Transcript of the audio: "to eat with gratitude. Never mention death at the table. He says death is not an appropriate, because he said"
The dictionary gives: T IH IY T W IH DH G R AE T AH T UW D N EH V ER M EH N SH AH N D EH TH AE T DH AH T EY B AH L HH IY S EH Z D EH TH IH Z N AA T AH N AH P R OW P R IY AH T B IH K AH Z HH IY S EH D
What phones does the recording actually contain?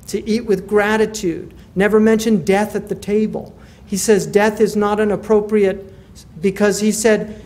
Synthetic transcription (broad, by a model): T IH IY T W IH DH G R AE T AH T UW D N EH V ER M EH N SH AH N D EH TH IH T DH AH T EY B AH L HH IY S EH Z D EH TH IH Z N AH T AH N AH P R OW P R IY AH T B IH K AH Z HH IY S EH D